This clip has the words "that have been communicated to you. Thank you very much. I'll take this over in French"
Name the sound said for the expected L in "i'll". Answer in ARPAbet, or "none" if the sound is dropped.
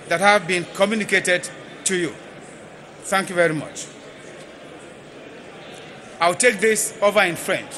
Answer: W